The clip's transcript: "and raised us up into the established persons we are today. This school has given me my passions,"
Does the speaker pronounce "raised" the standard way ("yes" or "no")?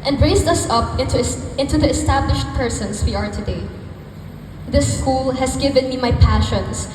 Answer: no